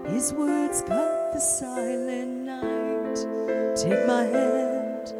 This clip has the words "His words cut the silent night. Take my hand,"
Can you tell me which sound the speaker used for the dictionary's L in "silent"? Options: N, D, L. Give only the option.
N